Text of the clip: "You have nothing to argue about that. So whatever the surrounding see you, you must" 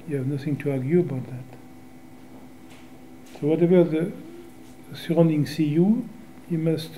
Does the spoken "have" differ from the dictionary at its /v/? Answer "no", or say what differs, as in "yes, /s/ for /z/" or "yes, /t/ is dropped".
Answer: no